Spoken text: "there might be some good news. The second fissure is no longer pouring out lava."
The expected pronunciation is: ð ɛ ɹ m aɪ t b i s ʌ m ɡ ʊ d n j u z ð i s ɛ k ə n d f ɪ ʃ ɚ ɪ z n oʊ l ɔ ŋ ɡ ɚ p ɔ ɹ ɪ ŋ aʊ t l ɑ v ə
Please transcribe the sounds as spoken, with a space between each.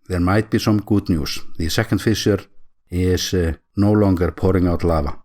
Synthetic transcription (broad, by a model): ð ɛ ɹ m aɪ t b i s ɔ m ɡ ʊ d n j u s ð i s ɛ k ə n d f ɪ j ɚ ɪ s n oʊ l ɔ ŋ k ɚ p ɔ ɹ ɪ ŋ aʊ t l ɑ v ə